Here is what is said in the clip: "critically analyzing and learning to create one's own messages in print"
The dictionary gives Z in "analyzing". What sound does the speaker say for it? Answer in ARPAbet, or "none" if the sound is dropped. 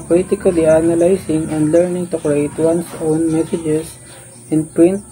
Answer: S